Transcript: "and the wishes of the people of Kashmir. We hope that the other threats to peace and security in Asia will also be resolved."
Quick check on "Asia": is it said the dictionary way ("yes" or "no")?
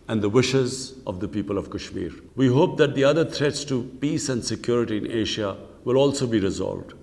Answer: no